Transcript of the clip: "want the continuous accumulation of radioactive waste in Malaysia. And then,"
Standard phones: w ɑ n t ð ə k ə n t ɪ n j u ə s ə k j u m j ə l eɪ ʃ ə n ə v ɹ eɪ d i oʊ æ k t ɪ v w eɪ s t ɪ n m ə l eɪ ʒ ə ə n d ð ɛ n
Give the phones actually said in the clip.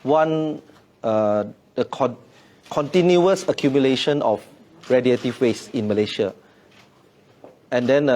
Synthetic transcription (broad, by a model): w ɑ n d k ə k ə n t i n j u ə s ə k j u m j ə l eɪ ʃ ə n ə f ɹ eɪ d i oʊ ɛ t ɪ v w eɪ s ɪ n m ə l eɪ ʃ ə ə n d ɛ n